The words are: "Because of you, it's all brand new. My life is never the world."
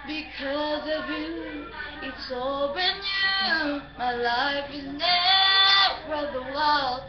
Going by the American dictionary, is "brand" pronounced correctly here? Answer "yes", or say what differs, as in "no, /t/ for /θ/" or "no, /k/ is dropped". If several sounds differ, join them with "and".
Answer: no, /ɹ/ is dropped